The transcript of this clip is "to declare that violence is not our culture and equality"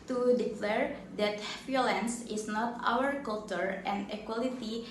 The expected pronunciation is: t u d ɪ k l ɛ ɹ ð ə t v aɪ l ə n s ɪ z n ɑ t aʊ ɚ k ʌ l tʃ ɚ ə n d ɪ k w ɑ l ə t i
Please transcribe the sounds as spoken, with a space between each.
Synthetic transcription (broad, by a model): t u d ɪ k l ɛ ɹ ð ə t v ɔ l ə n s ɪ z n ɑ t aʊ ɚ k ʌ l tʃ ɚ ə n d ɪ k w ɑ l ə t i